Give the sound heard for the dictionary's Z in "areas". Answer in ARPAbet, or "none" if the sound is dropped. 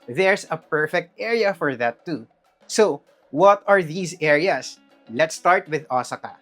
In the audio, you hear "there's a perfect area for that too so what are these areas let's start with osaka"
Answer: S